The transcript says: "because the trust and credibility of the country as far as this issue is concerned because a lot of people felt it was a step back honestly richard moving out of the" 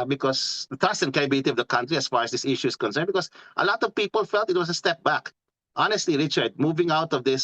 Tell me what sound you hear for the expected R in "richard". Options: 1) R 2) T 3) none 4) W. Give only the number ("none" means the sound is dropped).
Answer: 1